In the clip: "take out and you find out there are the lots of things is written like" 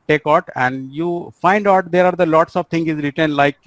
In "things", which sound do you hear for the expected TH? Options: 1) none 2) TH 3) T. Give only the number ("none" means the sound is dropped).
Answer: 3